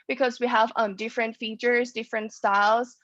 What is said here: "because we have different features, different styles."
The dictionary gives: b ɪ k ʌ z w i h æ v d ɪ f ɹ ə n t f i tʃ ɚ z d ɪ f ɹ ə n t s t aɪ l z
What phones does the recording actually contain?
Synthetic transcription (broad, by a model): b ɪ k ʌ z w i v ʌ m d ɪ f ɹ ə n t f i tʃ ɚ z d ɪ f ɹ ə n t s t aɪ l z